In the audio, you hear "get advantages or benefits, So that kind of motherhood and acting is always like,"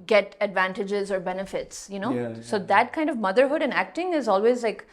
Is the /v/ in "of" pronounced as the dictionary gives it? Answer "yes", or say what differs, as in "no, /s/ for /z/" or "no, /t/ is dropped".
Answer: yes